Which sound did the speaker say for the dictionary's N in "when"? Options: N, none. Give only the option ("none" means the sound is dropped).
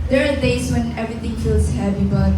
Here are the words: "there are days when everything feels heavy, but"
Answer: N